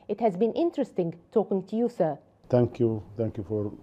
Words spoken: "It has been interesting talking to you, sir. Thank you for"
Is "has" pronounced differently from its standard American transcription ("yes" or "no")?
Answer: no